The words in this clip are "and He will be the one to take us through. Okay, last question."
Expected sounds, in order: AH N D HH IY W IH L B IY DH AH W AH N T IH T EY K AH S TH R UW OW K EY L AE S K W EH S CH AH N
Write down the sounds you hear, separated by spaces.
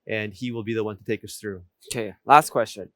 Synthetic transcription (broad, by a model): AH N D IY W IH L B IY DH AH W AH N T IH T EY K AH S TH R UW OW K EY L AE S K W EH S CH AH N